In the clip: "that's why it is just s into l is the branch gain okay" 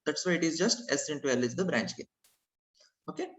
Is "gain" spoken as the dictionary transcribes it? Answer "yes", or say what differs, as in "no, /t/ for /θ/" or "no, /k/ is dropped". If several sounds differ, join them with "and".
no, /n/ is dropped